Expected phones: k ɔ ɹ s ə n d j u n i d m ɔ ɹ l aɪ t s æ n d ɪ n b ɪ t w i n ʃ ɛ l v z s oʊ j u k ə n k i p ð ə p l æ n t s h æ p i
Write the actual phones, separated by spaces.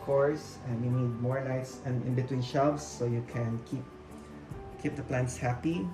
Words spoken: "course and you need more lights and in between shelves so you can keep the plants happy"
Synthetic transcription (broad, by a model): k ɔ ɹ s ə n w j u n i d m ɔ ɹ n aɪ t s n ɪ n b ɪ t w i n ʃ ɛ l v s oʊ j u k ə n k i p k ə p l æ n t s h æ p i